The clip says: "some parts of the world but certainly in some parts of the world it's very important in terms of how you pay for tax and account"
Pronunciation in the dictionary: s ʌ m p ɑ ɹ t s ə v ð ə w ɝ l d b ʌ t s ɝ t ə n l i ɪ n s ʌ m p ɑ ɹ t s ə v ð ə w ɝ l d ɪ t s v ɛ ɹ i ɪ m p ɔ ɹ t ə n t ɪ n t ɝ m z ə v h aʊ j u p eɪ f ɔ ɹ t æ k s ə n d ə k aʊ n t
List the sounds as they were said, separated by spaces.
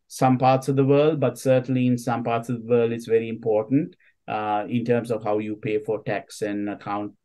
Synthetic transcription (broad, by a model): s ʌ m p ɑ ɹ t s ə v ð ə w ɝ l d b ʌ t s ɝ t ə n l i ɪ n s ʌ m p ɑ ɹ t s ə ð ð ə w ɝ l d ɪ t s v ɛ ɹ i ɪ m p ɔ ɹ t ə n t ɪ n t ɝ m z ə v h aʊ j u p eɪ f ɔ ɹ t æ k s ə n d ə k aʊ n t